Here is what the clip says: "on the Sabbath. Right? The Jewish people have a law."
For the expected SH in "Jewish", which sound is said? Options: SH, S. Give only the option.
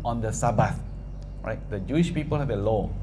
SH